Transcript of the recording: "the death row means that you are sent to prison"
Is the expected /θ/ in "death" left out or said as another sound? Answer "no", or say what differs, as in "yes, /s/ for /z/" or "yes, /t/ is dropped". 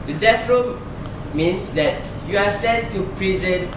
yes, /f/ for /θ/